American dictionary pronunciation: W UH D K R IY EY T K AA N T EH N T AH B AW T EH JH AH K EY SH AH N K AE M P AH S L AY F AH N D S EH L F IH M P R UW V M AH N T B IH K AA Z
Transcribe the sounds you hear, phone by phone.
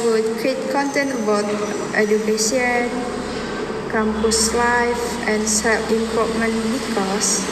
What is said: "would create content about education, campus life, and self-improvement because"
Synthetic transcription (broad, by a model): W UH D K R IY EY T K AA N T EH N T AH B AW T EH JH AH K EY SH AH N K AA M P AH S L AY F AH N S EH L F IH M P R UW P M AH N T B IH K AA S